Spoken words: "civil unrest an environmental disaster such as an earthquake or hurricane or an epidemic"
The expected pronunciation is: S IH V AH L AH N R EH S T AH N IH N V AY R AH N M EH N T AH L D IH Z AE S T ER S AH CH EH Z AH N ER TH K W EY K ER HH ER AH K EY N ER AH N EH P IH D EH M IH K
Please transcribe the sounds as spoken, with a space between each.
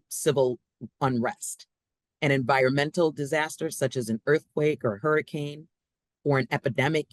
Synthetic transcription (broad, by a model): S IH V L AH N R EH S T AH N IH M V AY R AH N M EH N T L D IH Z AE S T ER S AH CH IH Z AH N ER TH K W EY K ER HH ER AH K EY N ER AH N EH P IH D EH M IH K